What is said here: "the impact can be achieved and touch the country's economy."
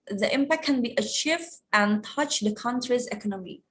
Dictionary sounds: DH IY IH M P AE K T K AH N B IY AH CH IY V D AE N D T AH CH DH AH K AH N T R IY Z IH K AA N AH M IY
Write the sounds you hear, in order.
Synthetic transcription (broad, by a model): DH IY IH M P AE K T K AH N B IY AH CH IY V AE N T AH CH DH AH K AH N T R IY Z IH K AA N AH M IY